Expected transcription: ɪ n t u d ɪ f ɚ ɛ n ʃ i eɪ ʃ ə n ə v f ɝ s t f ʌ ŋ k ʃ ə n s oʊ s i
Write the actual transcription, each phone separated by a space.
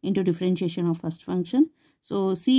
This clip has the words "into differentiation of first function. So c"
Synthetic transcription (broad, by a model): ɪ n t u d ɪ f ɚ ɛ n ʃ i eɪ ʃ ə n ə v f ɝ s t f ʌ ŋ k ʃ ə n s oʊ s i